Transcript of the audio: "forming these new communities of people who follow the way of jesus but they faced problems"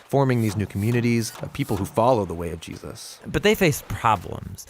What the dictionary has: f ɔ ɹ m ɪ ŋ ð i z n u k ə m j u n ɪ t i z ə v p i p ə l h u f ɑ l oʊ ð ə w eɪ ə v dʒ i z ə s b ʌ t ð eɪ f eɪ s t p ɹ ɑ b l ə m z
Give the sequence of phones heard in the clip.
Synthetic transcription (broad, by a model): f ɔ ɹ m ɪ ŋ ð i z n u k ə m j u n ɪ t i z ə v p i p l h u f ɑ l oʊ ð ə w eɪ ə v dʒ i z ə s b ʌ t ð eɪ f eɪ s p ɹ ɑ b l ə m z